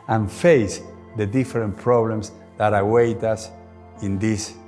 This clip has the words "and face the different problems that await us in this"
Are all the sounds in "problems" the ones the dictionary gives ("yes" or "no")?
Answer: no